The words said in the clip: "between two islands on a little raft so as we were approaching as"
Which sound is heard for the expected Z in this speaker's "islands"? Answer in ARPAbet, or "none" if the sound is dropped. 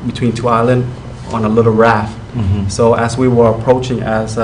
none